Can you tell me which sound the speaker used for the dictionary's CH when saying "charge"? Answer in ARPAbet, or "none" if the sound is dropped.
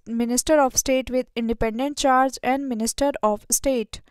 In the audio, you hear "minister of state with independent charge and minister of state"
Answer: CH